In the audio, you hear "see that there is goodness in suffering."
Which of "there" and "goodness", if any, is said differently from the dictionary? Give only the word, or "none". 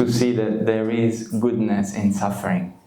none